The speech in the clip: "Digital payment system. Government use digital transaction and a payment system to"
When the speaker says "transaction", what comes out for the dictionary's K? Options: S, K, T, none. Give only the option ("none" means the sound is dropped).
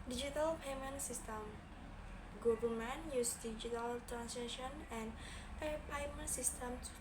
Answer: none